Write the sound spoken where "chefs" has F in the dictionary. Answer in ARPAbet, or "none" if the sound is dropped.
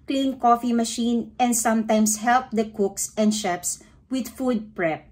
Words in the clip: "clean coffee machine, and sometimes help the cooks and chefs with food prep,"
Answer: P